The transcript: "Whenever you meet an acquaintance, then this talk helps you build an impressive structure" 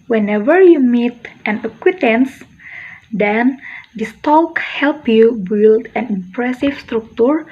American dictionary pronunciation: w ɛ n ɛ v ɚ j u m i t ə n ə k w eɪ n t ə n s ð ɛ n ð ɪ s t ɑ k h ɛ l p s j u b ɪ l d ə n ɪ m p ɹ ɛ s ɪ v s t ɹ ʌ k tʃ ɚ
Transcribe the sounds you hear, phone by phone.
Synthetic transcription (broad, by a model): w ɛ n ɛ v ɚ j u m i t ə n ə k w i t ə n s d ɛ n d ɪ s t ɑ k h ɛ l p j u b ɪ l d ə n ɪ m p ɹ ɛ s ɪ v s t ɹ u k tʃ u